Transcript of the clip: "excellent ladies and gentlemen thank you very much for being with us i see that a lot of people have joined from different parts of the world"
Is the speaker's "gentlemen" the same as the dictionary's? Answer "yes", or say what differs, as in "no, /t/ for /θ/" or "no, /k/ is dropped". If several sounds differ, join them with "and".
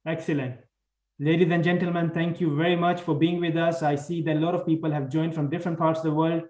yes